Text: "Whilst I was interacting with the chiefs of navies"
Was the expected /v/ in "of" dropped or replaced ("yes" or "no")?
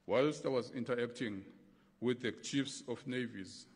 yes